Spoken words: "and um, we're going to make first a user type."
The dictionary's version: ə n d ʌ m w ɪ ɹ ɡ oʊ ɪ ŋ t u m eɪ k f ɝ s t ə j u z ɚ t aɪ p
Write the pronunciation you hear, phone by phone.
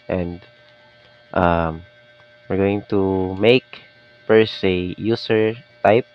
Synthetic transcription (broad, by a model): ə n d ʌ m w ɪ ɹ ɡ oʊ ɪ ŋ t u m eɪ k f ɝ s ə j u s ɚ t aɪ p